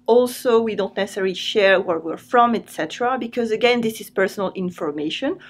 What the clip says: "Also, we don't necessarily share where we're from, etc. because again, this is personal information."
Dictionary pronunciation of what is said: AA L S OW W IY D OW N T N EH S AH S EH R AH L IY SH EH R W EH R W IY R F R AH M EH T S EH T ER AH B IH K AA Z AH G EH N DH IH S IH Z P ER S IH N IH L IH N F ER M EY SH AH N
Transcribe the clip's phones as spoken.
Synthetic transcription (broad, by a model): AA L S OW W IY D OW N T N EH S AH S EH R L IY SH EH R W EH R W IY R F R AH M EH T S EH T ER AH B IH K AA Z AH G EH N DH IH S IH Z P ER S IH N IH L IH N F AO M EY SH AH N